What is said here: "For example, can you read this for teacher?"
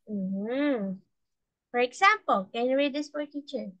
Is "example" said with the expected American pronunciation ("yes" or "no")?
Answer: no